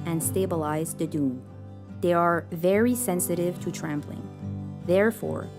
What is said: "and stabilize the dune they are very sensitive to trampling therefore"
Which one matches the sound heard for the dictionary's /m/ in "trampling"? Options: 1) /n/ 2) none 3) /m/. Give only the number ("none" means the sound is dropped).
3